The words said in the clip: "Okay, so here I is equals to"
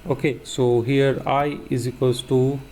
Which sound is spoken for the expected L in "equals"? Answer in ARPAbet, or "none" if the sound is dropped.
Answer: none